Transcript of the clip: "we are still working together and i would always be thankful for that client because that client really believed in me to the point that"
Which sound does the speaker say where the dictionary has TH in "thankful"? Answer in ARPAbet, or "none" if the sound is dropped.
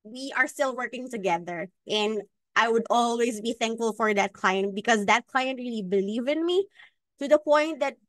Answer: TH